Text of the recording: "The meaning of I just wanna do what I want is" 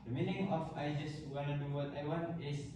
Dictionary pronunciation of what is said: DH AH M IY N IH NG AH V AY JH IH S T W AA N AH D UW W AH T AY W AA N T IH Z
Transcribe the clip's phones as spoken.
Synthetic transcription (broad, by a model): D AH M IY N IH NG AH F AY JH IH S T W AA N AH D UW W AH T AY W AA N IH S